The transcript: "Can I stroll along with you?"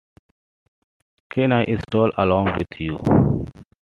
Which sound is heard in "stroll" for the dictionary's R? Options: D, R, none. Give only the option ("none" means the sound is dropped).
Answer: none